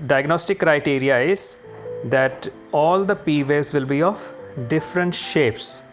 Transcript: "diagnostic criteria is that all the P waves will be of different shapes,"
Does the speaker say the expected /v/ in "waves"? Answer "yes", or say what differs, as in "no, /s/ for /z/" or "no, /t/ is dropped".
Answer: no, /v/ is dropped